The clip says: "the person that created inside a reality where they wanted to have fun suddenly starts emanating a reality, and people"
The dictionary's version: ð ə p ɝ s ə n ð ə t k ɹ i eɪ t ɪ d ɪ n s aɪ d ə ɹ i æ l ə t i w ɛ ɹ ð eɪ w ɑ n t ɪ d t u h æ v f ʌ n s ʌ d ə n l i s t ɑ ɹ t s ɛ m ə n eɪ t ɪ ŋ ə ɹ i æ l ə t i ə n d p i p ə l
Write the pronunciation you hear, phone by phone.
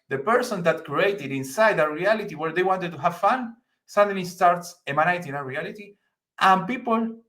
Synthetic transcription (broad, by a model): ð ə p ɝ s ə n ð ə t k ɹ i eɪ t ɪ d ɪ n s aɪ d ə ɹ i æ l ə t i w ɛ ɹ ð eɪ w ɑ n t ɪ d t u h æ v f ʌ n s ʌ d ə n i s t ɑ ɹ t s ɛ m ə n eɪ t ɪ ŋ ə ɹ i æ l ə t i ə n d p i p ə l